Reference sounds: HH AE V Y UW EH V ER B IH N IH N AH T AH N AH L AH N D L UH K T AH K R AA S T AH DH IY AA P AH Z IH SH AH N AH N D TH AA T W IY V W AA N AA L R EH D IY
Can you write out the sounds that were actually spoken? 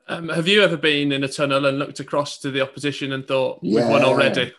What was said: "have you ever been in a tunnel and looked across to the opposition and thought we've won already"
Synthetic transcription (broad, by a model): HH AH V Y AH EH V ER B IH N IH N AH T AH N AH L AH N L UH K T AH K R AA S T AH DH IY AA P AH Z IH SH AH N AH N TH AA T W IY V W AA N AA L R EH D IY